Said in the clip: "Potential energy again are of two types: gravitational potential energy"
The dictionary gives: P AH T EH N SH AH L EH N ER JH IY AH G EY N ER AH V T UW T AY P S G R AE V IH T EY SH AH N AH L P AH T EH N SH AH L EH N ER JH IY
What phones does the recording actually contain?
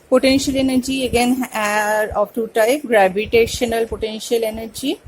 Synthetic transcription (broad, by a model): P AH T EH N SH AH L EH N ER JH IY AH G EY N ER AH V T UW T AY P G R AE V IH T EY SH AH N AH L P AH T EH N SH AH L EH N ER JH IY